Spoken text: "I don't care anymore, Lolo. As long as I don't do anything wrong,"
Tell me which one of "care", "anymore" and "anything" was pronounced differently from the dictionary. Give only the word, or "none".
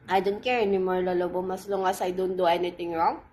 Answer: anything